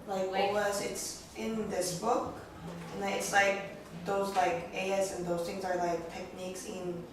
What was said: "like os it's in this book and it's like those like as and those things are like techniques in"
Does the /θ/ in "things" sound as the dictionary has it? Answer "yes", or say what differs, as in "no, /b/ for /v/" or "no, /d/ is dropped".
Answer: yes